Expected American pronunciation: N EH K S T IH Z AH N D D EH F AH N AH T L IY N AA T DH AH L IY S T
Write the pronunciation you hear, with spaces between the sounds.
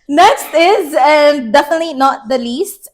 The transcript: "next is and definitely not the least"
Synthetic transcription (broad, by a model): N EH K S T IH Z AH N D D EH F AH N AH T L IY N AA T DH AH L IY S T